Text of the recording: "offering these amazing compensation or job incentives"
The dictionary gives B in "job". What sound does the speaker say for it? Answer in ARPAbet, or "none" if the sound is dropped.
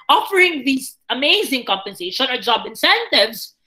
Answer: B